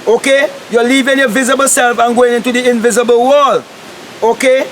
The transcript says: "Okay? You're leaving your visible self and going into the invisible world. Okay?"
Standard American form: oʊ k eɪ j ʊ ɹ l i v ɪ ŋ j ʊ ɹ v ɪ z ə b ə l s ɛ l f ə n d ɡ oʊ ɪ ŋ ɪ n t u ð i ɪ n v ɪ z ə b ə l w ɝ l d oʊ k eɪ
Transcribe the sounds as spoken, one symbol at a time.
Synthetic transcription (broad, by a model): oʊ k eɪ j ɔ l i v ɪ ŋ j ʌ v ɪ z ə b ə l s ɛ l f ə n ɡ oʊ ɪ ŋ ɪ n t u ð i ɪ n v ɪ z ə b ə l w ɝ l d oʊ k eɪ